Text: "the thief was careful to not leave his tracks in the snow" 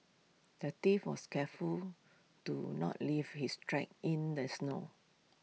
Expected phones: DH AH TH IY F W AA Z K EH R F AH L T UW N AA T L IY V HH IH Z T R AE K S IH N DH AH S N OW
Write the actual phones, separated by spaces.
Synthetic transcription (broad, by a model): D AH T IY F W AA S K EH F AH L T UW N AA T L IY V HH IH S T R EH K IH N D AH S N OW